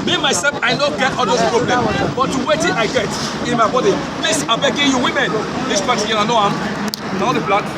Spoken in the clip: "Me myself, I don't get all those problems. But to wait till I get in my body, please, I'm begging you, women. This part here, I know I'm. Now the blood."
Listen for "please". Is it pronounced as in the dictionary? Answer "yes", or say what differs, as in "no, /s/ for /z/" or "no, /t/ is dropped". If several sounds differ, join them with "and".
no, /s/ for /z/